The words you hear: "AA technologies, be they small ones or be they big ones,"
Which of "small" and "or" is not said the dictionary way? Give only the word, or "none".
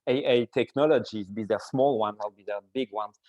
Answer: or